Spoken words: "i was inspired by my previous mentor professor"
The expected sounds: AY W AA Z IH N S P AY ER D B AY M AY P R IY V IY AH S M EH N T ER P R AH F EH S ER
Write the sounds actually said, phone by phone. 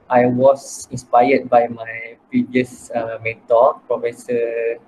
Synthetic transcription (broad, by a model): AY W AA S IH N S P AY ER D B AY M AY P R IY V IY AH S M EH T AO P R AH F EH S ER